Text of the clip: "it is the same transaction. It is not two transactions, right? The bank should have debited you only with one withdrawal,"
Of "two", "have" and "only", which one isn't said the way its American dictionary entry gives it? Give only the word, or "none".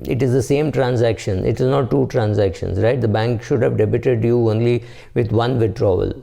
none